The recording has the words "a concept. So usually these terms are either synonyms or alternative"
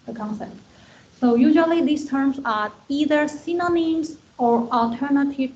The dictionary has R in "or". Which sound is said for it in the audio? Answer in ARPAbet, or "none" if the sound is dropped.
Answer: R